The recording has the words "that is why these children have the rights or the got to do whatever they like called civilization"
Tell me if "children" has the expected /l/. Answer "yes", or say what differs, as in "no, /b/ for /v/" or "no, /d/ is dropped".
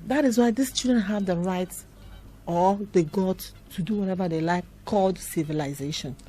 no, /l/ is dropped